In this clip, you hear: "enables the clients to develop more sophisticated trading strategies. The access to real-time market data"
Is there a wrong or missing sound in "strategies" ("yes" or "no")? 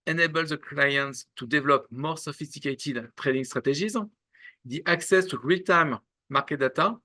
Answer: yes